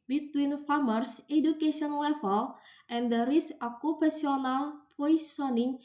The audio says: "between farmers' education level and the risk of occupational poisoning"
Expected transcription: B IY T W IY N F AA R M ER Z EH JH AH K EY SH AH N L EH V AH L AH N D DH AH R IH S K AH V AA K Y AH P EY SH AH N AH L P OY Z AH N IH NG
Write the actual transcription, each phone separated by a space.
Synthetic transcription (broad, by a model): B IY T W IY N F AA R M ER S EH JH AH K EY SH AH N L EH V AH L AH N D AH R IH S AH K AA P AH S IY AH N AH L P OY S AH N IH NG